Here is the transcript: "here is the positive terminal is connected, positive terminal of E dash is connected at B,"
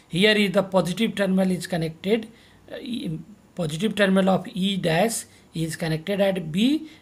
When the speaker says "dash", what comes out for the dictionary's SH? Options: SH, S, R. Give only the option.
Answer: S